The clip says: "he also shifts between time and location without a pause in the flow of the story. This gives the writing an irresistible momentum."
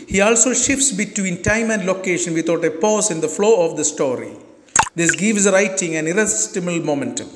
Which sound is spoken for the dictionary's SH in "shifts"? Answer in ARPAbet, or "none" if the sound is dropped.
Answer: SH